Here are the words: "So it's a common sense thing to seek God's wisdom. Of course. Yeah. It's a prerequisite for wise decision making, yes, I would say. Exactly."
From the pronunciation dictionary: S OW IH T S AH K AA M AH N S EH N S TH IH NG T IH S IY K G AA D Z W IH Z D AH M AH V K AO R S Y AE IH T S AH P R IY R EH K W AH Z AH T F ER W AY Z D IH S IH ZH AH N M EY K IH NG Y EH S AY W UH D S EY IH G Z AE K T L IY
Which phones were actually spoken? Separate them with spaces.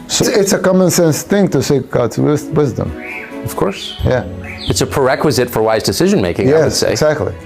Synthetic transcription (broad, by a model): S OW IH T S AH K AA M AH N S EH N S TH IH NG T IH S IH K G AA D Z W IH Z D AH M AH V K AO R S Y AE IH T S AH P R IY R EH K W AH Z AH T F ER W AY Z D IH S IH ZH AH N M EY K IH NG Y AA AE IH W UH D S EY IH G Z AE K T L IY